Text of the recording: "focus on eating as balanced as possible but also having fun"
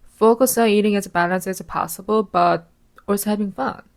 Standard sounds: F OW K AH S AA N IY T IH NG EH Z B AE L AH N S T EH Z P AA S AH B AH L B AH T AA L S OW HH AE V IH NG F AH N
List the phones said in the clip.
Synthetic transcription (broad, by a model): F OW K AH S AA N IY T IH NG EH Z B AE L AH N S EH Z P AA S AH B AH L B AH T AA S HH AE V IH NG F AH N